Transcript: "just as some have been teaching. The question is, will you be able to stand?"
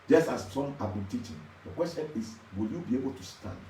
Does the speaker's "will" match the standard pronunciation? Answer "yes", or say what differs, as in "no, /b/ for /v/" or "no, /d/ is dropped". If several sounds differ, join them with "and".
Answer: yes